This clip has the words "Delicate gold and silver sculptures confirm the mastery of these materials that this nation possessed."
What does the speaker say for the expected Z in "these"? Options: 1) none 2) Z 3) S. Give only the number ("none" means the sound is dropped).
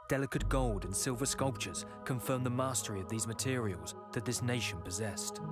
2